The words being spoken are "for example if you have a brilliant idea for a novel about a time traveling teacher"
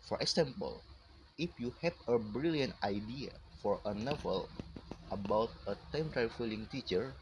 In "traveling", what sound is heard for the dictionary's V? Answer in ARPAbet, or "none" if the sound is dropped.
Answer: F